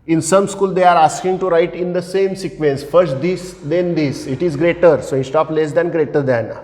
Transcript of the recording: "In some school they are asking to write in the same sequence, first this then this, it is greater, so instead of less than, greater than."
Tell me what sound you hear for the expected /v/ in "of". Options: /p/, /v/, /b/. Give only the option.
/p/